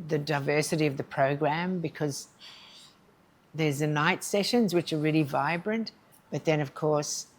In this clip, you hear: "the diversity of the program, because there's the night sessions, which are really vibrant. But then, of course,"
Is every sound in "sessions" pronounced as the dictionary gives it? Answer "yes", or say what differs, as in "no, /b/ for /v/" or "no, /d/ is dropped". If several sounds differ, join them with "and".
yes